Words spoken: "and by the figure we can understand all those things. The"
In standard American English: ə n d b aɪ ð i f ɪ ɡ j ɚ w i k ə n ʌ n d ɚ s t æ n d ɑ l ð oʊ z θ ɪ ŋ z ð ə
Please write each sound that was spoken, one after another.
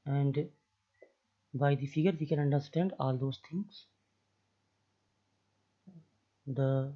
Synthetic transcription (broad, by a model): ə n d b aɪ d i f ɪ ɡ ɚ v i k ə n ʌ n d ɚ s t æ n d ɑ l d oʊ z t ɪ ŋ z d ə